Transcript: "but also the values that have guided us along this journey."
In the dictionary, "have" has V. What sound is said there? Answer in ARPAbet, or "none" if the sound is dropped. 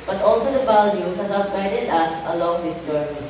P